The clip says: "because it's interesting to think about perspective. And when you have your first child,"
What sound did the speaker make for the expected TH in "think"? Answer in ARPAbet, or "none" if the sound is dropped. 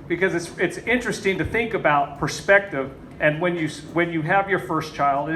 TH